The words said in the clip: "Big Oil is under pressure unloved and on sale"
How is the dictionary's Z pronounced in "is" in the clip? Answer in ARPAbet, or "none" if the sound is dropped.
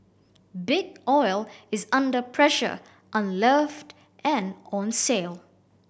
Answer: Z